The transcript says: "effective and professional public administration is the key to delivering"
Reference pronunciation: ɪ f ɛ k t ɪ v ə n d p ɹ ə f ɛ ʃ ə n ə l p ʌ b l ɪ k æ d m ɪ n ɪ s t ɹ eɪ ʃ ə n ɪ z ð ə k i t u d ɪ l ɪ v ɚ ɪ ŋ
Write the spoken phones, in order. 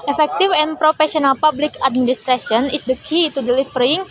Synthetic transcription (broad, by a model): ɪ f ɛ k t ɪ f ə n p ɹ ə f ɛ s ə n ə l p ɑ b l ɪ k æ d m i n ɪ s t ɹ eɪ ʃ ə n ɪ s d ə k i t u d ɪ l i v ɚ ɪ ŋ